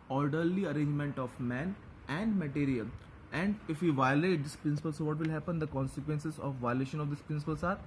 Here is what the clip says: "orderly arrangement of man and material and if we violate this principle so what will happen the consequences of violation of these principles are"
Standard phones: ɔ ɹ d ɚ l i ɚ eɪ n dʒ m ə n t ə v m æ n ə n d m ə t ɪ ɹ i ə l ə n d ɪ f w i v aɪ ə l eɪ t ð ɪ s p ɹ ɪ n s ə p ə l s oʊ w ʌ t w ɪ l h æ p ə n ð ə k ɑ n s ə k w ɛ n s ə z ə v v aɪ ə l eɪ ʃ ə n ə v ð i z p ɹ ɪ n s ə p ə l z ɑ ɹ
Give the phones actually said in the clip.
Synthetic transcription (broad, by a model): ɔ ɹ d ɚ l i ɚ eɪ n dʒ m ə n t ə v m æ n ə n d m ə t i ɹ i ə l ə n d ɪ f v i v aɪ ə l eɪ t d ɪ s p ɹ ɪ n s ə p ə l s oʊ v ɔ t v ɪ l h æ p ə n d ə k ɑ n s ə k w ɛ n s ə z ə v v aɪ ə l eɪ ʃ ə n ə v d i s p ɹ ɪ n s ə p ə l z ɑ ɹ